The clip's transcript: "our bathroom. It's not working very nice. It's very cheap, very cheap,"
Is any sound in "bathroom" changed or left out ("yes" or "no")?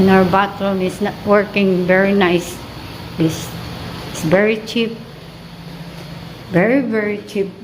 yes